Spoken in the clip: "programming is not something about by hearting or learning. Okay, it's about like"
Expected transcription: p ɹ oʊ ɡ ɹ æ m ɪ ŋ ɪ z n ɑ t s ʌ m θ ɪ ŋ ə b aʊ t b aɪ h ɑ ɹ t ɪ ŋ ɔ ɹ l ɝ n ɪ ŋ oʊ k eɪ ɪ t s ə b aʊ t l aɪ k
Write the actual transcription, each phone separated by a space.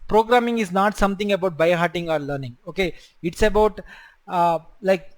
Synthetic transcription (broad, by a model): p ɹ oʊ ɡ ɹ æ m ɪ ŋ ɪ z n ɑ t s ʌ m t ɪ ŋ ə b aʊ t b aɪ h ɑ ɹ t ɪ ŋ ɔ ɹ l ɝ n ɪ ŋ oʊ k eɪ ɪ t s ə b aʊ t l aɪ k